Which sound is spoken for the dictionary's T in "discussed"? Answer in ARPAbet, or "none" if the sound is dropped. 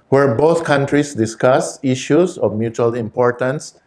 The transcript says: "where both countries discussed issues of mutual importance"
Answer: none